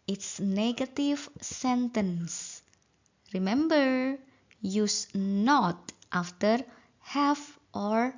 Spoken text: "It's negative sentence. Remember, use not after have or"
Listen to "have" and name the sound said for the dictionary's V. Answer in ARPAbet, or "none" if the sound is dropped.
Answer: F